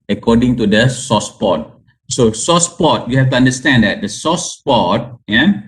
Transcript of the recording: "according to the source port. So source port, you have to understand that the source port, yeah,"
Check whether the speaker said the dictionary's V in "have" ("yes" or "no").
no